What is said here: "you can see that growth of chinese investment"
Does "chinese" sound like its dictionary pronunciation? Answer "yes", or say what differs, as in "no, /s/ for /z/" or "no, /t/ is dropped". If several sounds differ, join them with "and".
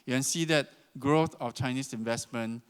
no, /s/ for /z/